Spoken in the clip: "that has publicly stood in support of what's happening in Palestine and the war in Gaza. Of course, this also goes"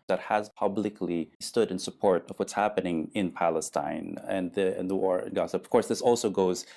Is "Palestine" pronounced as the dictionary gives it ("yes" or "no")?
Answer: yes